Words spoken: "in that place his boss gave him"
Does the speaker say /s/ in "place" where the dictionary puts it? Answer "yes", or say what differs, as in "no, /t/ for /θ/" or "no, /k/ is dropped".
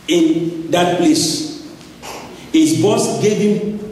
yes